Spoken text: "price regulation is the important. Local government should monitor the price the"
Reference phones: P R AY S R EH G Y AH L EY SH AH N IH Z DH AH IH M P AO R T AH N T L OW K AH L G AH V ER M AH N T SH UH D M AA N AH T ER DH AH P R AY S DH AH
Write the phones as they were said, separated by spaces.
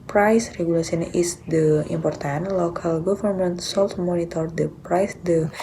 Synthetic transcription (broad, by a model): P R AY S R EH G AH L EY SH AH N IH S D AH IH M P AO R T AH N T L OW K AH L G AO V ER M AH N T S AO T M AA N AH T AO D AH P R AY S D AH